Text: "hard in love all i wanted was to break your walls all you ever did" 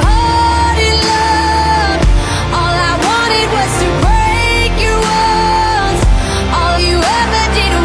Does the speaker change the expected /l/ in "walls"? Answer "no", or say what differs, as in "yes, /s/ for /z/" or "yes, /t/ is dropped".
yes, /n/ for /l/